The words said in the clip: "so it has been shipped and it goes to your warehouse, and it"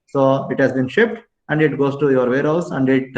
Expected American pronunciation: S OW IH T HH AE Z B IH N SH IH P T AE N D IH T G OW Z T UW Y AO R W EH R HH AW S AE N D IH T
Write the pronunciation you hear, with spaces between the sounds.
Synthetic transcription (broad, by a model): S OW IH T HH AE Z B IH N SH IH P T AE N D IH T G OW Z T UW Y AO R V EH R HH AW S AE N D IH T